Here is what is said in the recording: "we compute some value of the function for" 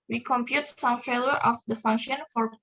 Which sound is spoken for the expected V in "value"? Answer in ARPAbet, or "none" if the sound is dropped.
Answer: F